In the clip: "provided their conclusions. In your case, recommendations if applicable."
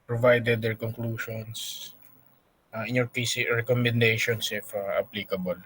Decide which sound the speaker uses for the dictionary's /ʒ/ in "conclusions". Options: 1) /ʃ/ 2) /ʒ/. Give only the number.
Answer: 1